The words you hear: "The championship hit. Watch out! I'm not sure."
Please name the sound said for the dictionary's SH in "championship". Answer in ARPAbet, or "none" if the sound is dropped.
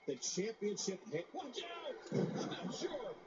SH